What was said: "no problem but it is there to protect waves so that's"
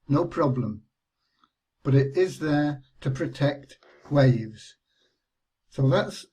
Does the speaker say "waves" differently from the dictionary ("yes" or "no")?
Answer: no